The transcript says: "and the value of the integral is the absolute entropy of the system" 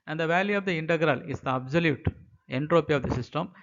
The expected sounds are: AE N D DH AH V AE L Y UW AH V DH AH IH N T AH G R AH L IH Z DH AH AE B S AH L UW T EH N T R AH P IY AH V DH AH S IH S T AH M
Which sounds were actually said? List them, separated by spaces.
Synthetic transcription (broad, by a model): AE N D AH V AE L Y UW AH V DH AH IH N T AH G R AH L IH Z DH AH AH B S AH L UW T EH N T R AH P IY AH V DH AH S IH S T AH M